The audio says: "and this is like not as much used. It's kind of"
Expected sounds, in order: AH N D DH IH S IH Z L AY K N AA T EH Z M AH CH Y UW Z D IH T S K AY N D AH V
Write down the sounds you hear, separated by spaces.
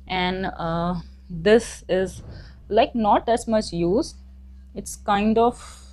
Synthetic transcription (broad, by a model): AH N D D IH S IH Z L AY K N AA T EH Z M AH CH Y UW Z IH T S K AY N D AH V